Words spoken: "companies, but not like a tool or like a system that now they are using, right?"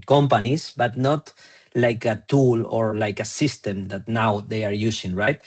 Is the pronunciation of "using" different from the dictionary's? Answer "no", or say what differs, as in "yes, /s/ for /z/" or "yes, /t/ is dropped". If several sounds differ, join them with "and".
yes, /s/ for /z/